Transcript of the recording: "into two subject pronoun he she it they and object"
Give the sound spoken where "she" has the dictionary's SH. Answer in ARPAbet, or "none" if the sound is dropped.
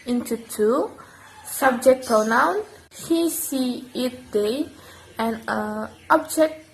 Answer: S